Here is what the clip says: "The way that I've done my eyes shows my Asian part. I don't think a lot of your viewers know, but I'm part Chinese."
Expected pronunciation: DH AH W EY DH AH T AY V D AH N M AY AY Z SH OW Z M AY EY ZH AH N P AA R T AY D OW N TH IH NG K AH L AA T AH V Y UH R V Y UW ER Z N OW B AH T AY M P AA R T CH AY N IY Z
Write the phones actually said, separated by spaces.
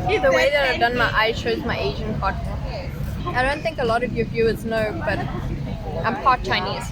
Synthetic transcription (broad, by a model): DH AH W EY DH AH T AY V D AH N M AY AY SH OW Z M AY EY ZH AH N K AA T AY D OW N TH IH NG K AH L AA T AH V Y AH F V Y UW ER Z N OW B AH T AY M P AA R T CH AY N IY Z